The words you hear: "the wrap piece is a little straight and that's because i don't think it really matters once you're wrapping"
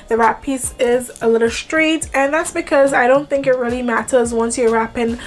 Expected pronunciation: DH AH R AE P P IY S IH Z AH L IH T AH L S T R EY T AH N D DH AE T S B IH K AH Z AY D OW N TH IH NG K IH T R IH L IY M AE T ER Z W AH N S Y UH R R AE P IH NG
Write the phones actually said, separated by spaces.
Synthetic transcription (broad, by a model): DH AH R AE P P IY S IH Z AH L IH T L S T R EY T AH N DH AE T S B IH K AH Z AY D OW N TH IH NG K IH T R IH L IY M AE T ER Z W AH N S Y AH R R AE P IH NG